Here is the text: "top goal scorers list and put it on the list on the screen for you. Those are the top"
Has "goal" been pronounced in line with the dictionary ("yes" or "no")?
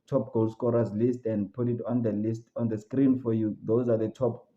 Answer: yes